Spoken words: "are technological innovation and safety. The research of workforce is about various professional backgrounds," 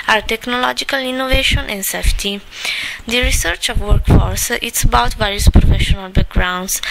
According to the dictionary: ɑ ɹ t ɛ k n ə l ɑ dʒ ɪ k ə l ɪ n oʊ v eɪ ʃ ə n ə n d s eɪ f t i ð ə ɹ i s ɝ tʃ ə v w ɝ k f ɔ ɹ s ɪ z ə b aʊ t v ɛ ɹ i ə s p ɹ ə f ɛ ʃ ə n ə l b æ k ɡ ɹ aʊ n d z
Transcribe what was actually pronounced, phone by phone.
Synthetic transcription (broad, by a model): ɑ ɹ t ɛ k n ə l ɑ dʒ ɪ k ə l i n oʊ v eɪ ʃ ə n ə n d s eɪ f t i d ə ɹ i s ɝ tʃ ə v w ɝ k f ɔ ɹ s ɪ s ə b aʊ t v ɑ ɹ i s p ɹ ə f ɛ ʃ ə n ə l b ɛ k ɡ ɹ aʊ n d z